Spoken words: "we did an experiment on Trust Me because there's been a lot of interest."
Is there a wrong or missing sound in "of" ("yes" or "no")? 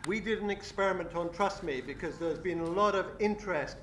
no